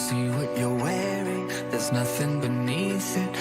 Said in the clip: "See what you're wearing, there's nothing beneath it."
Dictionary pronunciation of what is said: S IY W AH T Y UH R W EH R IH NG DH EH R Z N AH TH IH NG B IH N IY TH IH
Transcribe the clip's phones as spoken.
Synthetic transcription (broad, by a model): S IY W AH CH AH R W EH R IH NG DH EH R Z N AH TH IH NG B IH N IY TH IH